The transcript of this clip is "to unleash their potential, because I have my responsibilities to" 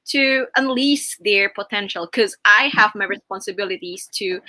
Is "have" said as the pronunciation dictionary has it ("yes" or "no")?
yes